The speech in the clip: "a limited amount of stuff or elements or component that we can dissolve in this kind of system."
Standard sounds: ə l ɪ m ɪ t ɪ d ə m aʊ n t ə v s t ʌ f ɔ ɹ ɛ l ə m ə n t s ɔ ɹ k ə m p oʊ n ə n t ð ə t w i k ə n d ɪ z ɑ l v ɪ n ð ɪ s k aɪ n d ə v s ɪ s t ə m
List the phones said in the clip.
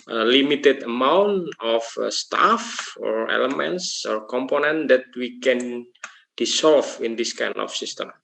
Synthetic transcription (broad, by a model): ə l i m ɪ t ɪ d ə m aʊ n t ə f s t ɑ f ɔ ɹ ɛ l ə m ə n t s ɔ ɹ k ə m p oʊ n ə n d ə t w i k ə n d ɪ s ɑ l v ɪ n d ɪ s k aɪ n ə f s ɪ s t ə m